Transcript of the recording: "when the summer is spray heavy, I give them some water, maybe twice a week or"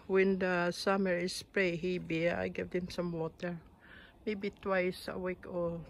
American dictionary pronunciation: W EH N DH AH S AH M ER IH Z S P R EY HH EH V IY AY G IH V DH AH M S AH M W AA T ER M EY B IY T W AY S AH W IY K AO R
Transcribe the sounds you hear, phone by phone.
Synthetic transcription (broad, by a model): W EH N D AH S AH M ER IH S P R EY HH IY B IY AY G IH V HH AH M S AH M W AA T ER M EY B IY T W AY S AH W IY K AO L